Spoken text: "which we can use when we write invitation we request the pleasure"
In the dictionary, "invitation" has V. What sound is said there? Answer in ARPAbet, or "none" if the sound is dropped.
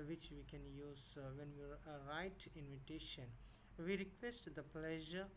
V